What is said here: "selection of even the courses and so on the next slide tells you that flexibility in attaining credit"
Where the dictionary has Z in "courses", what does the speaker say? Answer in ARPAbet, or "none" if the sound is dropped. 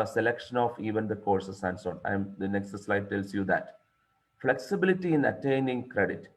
S